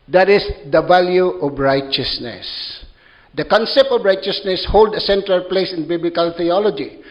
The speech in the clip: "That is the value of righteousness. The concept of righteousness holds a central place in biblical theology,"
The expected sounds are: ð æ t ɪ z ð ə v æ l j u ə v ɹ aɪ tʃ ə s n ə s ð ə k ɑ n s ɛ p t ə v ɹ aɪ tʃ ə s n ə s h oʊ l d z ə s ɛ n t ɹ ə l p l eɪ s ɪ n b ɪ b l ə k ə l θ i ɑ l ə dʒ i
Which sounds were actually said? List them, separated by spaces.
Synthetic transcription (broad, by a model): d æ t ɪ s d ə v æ l j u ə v ɹ aɪ tʃ ə s n ə s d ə k ɑ n s ɛ p t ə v ɹ aɪ tʃ ə s n ə s h oʊ l d ə s ɛ n t ɹ ə l p l eɪ s ɪ n b ɪ b l ə k ə l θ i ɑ l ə dʒ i